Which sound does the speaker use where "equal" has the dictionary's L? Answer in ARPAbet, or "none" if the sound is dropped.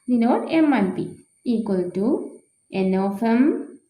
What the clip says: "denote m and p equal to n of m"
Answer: L